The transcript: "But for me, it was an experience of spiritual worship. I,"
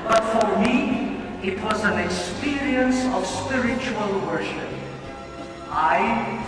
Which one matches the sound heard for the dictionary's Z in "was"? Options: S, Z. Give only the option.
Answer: Z